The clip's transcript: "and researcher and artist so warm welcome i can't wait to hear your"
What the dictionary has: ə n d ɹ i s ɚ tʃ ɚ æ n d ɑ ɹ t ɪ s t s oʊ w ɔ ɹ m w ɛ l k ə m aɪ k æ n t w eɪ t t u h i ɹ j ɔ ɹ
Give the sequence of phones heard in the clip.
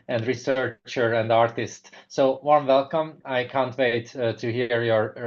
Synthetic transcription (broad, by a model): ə n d ɹ i s ɚ tʃ ɚ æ n d ɑ ɹ t ɪ s t s oʊ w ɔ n w ɛ l k ə m aɪ k æ n t w eɪ t t u h i ɹ j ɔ ɹ